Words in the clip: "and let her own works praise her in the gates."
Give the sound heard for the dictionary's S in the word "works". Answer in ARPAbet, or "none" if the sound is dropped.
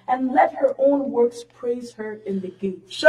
S